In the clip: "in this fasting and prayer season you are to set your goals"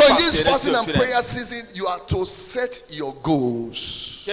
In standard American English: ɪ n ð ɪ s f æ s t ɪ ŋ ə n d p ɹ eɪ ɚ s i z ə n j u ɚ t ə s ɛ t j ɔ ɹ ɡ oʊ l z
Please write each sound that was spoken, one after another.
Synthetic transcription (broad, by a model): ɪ n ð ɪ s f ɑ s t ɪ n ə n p ɹ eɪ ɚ s i z ə n j u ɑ t ə s ɛ t j ɔ ɡ oʊ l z